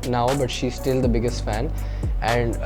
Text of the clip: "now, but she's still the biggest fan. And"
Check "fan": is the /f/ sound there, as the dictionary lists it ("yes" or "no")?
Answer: yes